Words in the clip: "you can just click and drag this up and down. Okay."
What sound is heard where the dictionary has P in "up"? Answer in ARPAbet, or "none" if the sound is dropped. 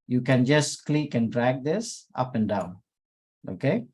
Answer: P